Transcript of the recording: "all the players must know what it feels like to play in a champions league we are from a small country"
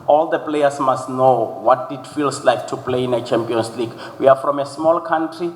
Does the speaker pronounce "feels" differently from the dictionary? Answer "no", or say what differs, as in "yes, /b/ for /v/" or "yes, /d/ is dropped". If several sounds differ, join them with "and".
yes, /s/ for /z/